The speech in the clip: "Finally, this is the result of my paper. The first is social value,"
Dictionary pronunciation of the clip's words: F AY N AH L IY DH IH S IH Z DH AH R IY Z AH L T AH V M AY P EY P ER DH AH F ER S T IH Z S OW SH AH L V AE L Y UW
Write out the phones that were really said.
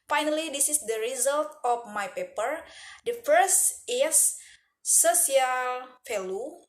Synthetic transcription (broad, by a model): F AY N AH L IY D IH S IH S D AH R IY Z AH L T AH F M AY P EY P ER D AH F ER S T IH S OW S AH L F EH L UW